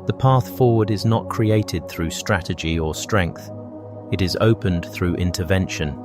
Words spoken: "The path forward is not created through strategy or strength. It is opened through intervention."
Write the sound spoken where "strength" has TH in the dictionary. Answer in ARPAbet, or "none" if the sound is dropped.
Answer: TH